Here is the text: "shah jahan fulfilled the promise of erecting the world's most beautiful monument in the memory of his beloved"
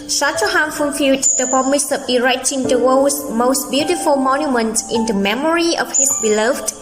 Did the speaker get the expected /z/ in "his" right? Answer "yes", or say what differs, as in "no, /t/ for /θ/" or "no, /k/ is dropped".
no, /s/ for /z/